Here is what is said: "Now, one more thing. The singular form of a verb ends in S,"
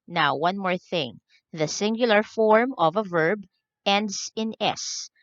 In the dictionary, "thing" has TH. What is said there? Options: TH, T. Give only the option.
TH